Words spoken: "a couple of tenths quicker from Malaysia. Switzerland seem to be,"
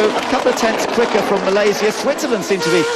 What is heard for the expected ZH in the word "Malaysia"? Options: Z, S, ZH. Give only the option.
Z